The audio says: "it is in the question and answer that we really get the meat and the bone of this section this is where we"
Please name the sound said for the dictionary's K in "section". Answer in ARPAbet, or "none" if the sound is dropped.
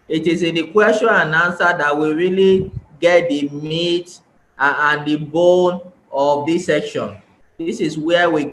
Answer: K